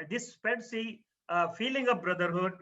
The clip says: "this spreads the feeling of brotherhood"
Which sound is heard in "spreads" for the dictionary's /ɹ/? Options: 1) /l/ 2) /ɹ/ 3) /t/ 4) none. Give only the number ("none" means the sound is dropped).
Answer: 4